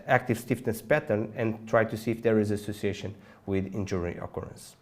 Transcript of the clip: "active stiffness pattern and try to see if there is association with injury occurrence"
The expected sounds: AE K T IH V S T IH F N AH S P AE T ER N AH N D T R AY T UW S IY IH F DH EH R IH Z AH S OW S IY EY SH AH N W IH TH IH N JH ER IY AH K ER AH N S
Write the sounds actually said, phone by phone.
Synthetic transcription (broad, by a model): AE K T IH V S T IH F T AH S P AE T ER N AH N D T R AY T UW S IY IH F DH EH R IH Z AH S OW S IY EY SH AH N W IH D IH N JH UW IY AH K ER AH N S